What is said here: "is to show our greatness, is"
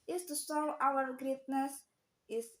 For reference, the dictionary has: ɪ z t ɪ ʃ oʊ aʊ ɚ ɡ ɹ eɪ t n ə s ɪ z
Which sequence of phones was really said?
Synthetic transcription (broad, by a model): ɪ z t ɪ s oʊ aʊ ɚ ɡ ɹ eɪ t n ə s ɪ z